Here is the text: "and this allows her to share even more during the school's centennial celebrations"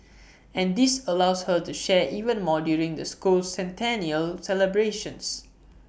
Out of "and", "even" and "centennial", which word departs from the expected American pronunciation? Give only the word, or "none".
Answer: none